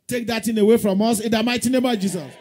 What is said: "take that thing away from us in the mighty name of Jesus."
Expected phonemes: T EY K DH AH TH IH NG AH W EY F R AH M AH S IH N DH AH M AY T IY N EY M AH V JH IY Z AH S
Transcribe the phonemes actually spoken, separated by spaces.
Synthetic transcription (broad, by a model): T EY K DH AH T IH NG AH W EY F R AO M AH S IH N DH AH M AY T IY N EY M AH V JH IY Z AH S